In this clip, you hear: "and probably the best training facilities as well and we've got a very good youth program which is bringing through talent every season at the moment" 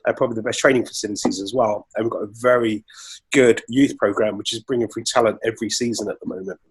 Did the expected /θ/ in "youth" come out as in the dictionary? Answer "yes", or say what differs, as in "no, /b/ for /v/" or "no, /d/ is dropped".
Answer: yes